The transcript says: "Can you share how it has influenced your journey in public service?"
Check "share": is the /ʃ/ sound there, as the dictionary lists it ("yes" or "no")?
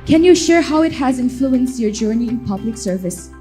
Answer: yes